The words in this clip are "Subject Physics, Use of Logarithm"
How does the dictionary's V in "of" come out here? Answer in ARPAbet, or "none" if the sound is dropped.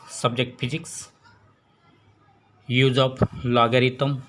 P